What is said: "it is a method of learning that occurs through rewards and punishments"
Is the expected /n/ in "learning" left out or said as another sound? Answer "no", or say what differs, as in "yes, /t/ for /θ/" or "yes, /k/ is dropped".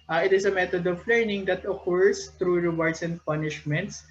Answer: no